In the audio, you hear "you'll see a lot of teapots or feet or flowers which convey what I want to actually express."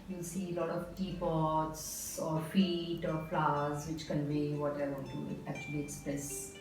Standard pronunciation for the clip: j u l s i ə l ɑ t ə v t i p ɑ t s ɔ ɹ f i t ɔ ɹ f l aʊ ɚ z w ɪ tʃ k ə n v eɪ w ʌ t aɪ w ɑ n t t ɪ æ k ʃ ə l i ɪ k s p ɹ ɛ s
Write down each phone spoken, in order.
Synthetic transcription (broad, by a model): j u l s i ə l ɑ t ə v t i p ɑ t s ɔ ɹ f i t ɔ ɹ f l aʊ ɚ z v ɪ tʃ k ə n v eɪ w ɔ t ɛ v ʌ t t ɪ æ k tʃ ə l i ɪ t s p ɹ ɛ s